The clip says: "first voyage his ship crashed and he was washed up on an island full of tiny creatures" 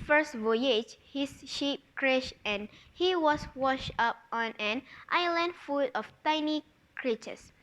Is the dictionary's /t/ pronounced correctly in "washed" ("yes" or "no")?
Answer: yes